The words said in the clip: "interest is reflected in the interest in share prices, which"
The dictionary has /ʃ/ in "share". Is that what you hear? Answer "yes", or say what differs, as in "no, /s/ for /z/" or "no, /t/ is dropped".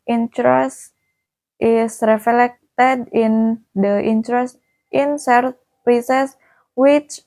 no, /s/ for /ʃ/